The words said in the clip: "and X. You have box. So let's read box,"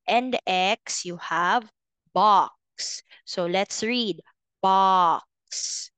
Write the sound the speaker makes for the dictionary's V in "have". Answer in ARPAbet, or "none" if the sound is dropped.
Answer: V